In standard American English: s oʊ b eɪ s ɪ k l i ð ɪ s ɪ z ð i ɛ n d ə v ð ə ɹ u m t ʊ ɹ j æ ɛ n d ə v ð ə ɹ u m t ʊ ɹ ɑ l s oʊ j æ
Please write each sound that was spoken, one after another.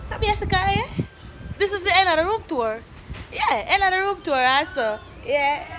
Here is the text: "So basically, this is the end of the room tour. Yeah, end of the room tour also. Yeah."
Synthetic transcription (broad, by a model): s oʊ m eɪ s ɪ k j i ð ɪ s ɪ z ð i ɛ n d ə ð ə ɹ u m t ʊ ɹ j æ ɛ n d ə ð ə ɹ u m t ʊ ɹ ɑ s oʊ j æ